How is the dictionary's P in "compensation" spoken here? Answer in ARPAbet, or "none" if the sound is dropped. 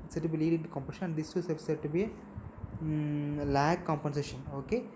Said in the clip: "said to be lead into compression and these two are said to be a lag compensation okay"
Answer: P